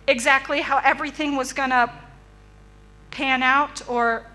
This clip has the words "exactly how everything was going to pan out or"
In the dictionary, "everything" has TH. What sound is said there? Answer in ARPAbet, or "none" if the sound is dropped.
TH